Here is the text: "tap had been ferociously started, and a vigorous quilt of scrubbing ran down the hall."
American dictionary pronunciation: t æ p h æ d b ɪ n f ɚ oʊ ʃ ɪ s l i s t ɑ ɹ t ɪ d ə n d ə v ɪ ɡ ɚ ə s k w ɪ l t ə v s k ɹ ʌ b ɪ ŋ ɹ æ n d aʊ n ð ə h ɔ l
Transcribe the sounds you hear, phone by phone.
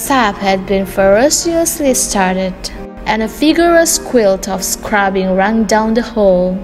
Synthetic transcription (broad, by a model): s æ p h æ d b ɪ n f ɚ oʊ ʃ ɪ s l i s t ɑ ɹ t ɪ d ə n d ə f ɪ ɡ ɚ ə s k w ɪ l t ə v s k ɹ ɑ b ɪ ŋ ɹ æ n d aʊ n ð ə h ɔ l